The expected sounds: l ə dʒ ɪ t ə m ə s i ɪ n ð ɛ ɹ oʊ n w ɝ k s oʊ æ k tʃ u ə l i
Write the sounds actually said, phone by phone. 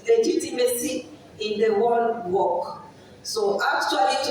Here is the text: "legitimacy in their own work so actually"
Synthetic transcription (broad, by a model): l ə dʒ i t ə m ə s i ɪ n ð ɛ w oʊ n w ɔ k s oʊ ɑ k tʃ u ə l i